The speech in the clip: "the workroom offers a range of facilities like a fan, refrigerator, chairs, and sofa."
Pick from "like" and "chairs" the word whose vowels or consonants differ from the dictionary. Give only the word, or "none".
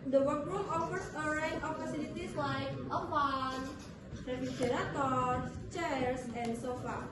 chairs